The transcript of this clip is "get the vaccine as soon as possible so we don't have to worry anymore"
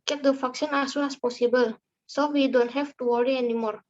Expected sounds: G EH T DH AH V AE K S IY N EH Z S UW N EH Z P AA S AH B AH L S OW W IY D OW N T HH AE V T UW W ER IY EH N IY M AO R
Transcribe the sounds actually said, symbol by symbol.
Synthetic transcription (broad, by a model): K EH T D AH F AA K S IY N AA S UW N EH S P AA S AH B AH L S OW W IY D OW N T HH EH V T UW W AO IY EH N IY M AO R